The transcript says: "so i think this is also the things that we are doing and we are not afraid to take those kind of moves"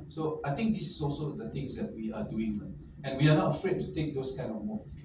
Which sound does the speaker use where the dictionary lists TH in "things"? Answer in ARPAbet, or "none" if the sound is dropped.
T